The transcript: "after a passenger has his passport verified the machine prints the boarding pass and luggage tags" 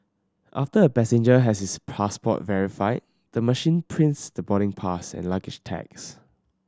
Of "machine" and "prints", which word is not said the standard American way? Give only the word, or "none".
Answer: none